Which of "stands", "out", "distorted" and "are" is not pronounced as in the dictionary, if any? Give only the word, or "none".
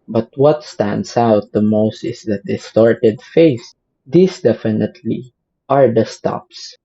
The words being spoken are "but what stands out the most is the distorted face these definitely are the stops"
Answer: stands